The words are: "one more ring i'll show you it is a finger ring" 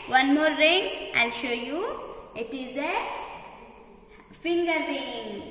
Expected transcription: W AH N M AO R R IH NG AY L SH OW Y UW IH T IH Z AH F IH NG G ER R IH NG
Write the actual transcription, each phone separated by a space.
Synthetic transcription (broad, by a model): W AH N M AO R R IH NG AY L SH OW Y UW IH T IH Z AH F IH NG G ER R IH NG